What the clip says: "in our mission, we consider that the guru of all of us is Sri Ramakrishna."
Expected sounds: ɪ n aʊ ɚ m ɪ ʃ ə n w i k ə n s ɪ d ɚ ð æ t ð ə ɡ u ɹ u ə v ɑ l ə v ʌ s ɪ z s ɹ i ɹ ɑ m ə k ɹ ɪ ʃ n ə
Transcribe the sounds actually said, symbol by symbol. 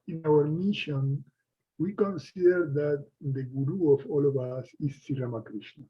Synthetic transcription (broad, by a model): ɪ n aʊ ɚ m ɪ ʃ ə n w i k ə n s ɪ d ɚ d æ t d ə ɡ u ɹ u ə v ɑ l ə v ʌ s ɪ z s i ɹ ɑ m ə k ɹ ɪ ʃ n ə